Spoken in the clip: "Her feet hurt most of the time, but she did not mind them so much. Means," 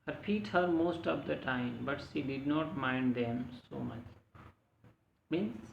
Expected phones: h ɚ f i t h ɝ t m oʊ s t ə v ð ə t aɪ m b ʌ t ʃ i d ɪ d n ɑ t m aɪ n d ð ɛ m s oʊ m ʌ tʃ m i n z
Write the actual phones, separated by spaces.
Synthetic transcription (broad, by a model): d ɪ p i t h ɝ t m oʊ s t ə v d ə t aɪ m b ʌ t ʃ i d ɪ d n ɑ t m aɪ n d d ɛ m s oʊ m ʌ tʃ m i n